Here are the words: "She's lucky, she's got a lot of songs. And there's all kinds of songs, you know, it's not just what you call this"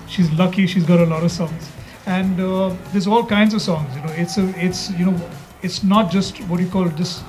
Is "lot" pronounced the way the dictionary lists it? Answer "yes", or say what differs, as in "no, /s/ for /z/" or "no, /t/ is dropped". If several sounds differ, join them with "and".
yes